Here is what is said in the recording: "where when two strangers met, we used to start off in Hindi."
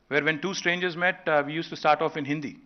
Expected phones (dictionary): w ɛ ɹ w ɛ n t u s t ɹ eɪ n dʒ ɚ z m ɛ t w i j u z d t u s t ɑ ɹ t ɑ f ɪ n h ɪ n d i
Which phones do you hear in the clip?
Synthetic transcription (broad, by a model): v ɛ ɹ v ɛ n t u s t ɹ eɪ n dʒ ɚ z m ɛ t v i j u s t u s t ɑ ɹ t ɑ f ɪ n h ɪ n d i